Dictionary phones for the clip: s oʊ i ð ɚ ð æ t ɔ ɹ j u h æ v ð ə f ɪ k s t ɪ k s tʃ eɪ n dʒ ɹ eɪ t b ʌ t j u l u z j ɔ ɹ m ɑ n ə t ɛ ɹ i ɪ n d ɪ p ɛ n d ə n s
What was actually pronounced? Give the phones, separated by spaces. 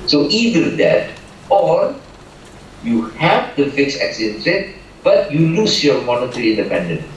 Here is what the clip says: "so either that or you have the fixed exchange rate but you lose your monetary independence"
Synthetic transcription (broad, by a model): s oʊ i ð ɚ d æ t ɔ ɹ j u h æ v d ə f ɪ k s ɪ k s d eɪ n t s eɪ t b ʌ t j u l u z j ɔ ɹ m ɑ n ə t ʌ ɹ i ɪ n d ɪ p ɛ n d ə n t